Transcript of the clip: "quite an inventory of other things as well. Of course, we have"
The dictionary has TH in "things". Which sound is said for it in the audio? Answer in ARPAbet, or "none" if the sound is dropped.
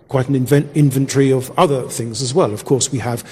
TH